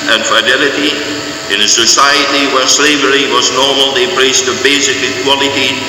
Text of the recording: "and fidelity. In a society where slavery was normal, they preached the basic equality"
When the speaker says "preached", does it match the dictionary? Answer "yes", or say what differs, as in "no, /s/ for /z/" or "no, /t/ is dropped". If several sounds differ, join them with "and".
no, /s/ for /tʃ/